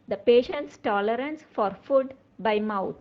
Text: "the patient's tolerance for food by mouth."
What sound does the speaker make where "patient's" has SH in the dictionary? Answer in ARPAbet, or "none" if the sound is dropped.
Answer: SH